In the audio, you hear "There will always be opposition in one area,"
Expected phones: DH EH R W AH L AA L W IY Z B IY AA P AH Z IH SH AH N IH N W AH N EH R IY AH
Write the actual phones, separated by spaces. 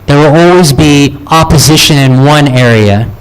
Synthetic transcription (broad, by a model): DH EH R W AH L AA L W IY Z B IY AA P AH Z IH SH AH N IH N W AH N EH R IY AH